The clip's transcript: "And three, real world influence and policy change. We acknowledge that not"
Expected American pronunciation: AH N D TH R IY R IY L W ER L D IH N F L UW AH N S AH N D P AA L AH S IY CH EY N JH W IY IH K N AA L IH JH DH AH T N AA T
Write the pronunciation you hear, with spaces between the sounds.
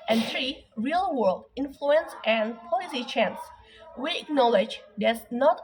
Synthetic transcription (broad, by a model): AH N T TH R IY R IY L W ER L D IH N F L UW AH N S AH N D P AA L AH S IY CH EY N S W IY IH K N AA L IH JH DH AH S N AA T